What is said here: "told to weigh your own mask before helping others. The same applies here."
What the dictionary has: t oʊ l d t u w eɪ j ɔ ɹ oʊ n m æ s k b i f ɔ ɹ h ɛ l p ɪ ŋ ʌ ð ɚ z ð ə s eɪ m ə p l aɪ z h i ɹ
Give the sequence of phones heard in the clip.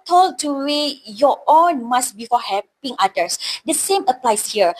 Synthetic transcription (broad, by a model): t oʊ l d t u w eɪ j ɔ oʊ n m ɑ s b i f ɔ h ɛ p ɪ ŋ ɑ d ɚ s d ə s eɪ m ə p l aɪ s h i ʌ